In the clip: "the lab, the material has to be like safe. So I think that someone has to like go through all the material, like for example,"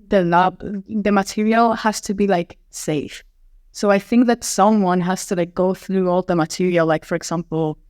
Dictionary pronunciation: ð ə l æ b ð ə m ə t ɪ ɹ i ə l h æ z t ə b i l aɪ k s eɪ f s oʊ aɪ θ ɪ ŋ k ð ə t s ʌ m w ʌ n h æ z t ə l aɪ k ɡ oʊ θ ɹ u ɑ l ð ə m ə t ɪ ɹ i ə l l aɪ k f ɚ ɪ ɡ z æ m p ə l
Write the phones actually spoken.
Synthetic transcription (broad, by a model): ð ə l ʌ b ð ə m ə t ɪ ɹ i ə l h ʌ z t ə b i l aɪ k s eɪ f s oʊ aɪ θ ɪ ŋ k ð ə t s ʌ m w ʌ n h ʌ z t ə l aɪ k ɡ oʊ θ ɹ u ɑ l ð ə m ə t ɪ ɹ i ə l l aɪ k f ɚ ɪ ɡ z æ m p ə l